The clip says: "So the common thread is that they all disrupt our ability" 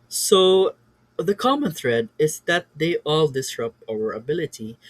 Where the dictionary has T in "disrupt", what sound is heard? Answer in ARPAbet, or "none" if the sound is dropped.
none